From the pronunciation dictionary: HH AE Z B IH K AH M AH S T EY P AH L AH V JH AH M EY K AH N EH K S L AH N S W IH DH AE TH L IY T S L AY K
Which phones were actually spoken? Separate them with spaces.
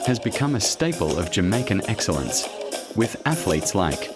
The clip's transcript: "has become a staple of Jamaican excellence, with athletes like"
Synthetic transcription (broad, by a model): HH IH Z B IH K AH M AH S T EY P AH L AH V JH AH M EY K AH N EH K S L AH N S W IH DH AE TH L IY T S L AY K